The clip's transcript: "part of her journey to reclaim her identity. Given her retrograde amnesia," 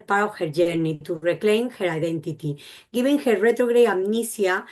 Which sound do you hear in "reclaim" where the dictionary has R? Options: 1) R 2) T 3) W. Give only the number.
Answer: 1